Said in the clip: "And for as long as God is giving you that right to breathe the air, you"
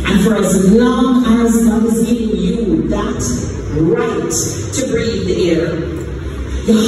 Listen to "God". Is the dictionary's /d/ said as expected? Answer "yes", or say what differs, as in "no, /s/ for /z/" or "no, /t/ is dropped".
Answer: no, /d/ is dropped